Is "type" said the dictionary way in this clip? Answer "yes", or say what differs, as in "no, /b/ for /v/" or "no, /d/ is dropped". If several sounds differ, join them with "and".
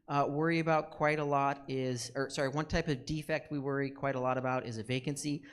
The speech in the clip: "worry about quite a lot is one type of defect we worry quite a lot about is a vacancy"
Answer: yes